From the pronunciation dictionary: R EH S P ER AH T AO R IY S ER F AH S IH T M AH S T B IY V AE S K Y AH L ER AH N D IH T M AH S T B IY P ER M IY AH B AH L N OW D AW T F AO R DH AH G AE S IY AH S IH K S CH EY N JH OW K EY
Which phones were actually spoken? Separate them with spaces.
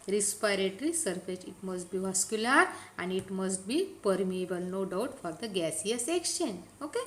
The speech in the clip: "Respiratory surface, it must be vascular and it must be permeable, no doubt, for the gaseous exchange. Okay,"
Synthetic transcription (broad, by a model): R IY S P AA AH T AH R IY S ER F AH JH IH T M AH S T B IY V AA S K Y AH L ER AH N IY IH T M AH S T B IY P ER M IY AH B AH L N OW D AW T F AO R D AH G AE S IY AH S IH K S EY N OW K EY